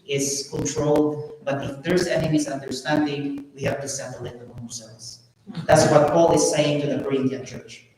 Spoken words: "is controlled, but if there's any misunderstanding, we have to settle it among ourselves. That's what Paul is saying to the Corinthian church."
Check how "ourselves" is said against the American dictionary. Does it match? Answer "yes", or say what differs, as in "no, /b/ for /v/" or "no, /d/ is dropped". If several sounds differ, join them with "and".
no, /l/ is dropped and /s/ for /z/